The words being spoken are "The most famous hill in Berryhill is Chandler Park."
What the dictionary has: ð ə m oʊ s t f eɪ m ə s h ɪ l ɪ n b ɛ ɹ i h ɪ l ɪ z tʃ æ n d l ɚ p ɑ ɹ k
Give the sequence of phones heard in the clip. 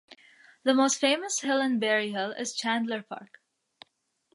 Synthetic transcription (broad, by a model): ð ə m oʊ s t f eɪ m ə s h ɪ l ɪ n b ɛ ɹ i h ɪ l ɪ z tʃ æ n d l ɚ p ɑ ɹ k